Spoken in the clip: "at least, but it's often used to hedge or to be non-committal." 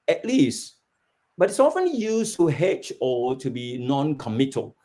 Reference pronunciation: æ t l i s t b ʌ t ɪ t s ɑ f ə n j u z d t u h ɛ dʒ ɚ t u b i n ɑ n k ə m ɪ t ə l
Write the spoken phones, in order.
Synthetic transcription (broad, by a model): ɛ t l i s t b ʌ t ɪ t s ɑ f ə n j u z t u h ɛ tʃ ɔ t u b i n ɑ n k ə m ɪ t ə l